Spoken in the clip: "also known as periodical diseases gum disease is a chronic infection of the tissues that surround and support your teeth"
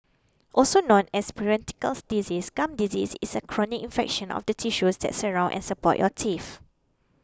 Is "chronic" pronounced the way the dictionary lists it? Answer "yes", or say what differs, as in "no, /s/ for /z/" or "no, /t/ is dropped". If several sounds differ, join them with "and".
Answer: yes